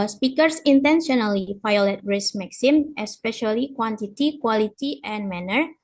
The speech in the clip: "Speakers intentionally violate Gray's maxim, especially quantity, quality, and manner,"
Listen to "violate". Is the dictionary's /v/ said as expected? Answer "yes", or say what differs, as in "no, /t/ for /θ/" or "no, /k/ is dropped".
no, /f/ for /v/